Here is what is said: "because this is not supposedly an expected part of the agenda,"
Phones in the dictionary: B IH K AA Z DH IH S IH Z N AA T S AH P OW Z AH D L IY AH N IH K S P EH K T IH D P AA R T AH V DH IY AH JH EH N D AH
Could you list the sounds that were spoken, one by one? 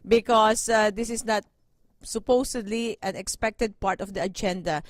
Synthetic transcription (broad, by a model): B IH K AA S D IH S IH S N AA T S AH P OW S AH D L IY AH N IH K S P EH K T IH D P AA R T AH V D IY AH JH EH N D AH